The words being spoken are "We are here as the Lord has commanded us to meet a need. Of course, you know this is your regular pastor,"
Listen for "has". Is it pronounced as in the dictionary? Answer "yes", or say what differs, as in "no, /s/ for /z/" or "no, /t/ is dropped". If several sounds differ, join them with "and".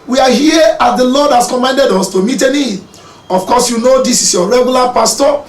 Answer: no, /s/ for /z/